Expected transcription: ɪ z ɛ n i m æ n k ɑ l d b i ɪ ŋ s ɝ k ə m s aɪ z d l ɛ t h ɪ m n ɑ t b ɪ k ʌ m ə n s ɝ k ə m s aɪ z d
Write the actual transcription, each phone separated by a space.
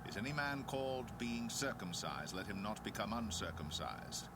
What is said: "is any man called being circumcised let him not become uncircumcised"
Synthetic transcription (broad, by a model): ɪ z ɛ n i m æ n k ɑ l d b i ɪ ŋ s ɝ k ə m s aɪ z d l ɛ t h ɪ m n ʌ t b ɪ k ʌ m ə n s ɝ k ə m s aɪ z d